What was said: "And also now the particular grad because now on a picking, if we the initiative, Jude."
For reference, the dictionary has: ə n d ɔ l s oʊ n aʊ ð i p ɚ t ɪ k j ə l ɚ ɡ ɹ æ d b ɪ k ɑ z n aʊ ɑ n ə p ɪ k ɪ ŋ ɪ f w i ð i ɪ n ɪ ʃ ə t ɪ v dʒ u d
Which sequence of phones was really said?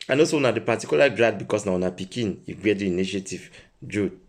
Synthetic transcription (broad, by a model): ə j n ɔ s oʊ n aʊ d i p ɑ t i k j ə l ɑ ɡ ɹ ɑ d b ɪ k ɑ s n aʊ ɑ n ə p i k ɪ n ɪ f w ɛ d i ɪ n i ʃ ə t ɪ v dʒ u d